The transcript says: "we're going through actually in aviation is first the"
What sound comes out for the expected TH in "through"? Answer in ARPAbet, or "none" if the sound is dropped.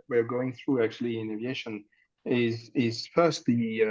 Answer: TH